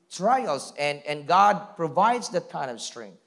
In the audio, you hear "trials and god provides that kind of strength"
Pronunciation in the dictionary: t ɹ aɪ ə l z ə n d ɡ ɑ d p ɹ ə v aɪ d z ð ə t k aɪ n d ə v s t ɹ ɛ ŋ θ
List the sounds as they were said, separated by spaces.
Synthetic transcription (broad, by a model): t ɹ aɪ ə l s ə n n ɡ ɑ d p ɹ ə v aɪ d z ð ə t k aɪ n ə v s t ɹ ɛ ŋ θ